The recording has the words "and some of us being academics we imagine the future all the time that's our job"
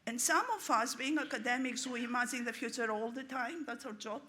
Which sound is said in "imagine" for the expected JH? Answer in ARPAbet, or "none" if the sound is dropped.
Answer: Z